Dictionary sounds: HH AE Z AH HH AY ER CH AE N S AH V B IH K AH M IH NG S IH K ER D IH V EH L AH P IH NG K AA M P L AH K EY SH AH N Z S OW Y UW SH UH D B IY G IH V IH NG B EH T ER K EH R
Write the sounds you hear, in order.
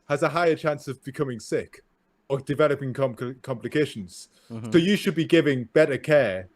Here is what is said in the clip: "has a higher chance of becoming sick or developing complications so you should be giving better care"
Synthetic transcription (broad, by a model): HH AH Z AH HH AY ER CH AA N S AH V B IH K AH M IH NG S IH K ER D IH V EH L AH P IH NG K AA M P L AH K EY SH AH N Z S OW Y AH SH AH D B IY G IH V IH NG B EH T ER K EH